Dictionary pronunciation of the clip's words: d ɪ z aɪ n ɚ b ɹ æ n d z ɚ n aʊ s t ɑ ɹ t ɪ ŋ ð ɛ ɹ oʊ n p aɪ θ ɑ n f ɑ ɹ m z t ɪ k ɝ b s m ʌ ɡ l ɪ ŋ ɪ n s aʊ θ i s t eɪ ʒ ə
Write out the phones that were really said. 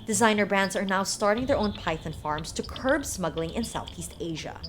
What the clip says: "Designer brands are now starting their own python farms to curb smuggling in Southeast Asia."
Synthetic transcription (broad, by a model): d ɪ z aɪ n ɚ b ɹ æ n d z ɚ n aʊ s t ɑ ɹ t ɪ ŋ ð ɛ ɹ oʊ n p aɪ θ ɑ n f ɑ ɹ m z t ɪ k ɝ b s m ʌ ɡ l ɪ ŋ ɪ n s aʊ θ i s t eɪ ʒ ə